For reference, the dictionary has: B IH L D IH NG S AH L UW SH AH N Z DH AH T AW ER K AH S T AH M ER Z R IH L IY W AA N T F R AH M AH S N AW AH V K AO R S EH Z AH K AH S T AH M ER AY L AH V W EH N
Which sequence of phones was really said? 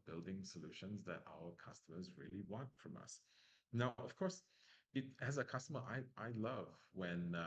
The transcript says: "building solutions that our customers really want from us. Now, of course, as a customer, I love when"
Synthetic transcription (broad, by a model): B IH L D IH NG S AH L UW SH AH N Z DH AH T AW ER K AH S T AH M ER Z R IH L IY W AA N T F R AH M AH S N AW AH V K AO R S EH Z AH K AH S T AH M ER AY L AH V W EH N